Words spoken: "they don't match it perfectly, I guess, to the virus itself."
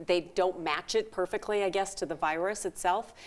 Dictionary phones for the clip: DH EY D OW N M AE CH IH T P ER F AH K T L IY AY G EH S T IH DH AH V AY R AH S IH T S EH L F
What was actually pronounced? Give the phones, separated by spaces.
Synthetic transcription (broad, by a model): DH EY D OW N M AE CH IH T P ER F AH K T L IY AY G EH S T IH DH AH V AY R AH S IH T S EH L F